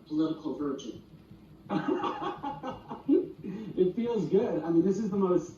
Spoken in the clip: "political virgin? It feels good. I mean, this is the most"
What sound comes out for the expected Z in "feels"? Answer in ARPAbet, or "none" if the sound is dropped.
Z